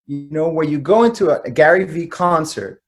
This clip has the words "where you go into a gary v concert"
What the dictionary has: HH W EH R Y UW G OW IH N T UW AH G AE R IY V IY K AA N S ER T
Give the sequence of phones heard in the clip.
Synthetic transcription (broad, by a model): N W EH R Y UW G OW IH N T UW AH G AE R IY V IY K AA N S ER T